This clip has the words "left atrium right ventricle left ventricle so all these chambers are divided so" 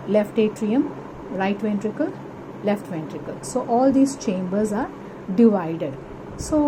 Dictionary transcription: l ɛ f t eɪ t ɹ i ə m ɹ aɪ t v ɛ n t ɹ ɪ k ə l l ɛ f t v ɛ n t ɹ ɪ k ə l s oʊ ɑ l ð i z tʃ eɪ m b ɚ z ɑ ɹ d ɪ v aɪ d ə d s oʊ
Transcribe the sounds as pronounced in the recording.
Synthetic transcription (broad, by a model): l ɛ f t eɪ t ɹ i ə m ɹ aɪ t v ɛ n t ɹ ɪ k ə l l ɛ f t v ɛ n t ɹ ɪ k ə l s oʊ ɑ l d i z tʃ eɪ m b ɚ z ɑ ɹ d ɪ v aɪ d ə d s oʊ